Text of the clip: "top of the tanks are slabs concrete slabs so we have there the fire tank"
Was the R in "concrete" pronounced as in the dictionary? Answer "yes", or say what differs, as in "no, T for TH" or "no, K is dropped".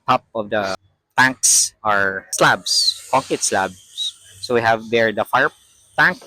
no, R is dropped